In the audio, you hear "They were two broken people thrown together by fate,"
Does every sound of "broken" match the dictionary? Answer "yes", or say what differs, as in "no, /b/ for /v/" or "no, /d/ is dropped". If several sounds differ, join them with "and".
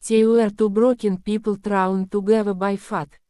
yes